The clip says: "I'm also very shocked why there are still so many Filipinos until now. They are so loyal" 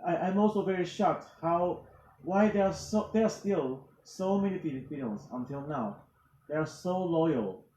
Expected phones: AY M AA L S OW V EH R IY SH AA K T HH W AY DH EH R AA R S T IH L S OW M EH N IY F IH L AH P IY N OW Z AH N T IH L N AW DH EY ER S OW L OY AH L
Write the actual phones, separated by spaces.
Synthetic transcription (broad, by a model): AY M AA L S OW V EH R IY SH AA K T HH W AY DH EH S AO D S T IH L S OW M EH N IY P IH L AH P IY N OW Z AH N T IH L N AW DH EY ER S OW L OY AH L